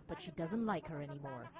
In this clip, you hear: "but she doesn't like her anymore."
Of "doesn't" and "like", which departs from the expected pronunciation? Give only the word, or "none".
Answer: none